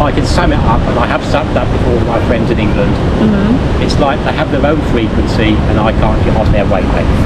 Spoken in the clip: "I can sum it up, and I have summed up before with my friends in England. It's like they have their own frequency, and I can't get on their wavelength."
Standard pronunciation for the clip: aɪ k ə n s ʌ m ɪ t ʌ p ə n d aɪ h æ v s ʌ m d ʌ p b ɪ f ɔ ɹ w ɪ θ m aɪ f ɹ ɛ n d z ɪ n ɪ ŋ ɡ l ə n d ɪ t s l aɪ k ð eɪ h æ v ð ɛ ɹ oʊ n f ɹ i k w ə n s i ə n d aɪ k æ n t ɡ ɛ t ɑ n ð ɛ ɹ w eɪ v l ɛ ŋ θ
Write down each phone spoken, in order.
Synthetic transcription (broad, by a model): aɪ k ə n s ʌ m ɪ t ʌ p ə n aɪ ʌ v s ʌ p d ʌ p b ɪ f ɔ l m aɪ f ɹ ɛ n d z ɪ n ɪ ŋ ɡ l ə n d ɪ t s l aɪ k ð eɪ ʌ v ð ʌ ɹ oʊ n f ɹ i k w ə n s i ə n aɪ k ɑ n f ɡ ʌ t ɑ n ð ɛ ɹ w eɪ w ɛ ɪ